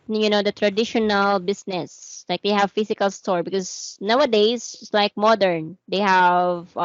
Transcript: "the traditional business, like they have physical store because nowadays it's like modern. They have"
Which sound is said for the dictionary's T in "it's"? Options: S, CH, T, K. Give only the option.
S